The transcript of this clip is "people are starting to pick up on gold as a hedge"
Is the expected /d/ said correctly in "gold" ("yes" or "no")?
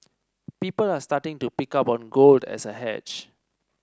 yes